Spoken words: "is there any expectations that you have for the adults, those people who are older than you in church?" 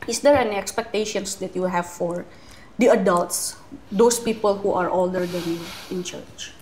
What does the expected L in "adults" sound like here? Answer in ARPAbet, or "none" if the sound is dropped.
L